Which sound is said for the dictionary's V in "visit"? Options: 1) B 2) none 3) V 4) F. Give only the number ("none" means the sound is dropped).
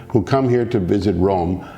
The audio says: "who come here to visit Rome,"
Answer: 3